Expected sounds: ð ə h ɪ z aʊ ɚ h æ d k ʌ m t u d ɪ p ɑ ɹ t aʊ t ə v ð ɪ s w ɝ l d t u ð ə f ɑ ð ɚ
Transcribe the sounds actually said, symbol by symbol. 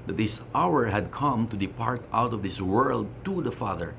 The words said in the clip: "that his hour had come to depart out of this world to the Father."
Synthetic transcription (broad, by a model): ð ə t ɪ s aʊ ɚ h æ d k ʌ m t u d ɪ p ɑ ɹ t aʊ t ə v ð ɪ s w ɝ l d t u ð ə f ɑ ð ɚ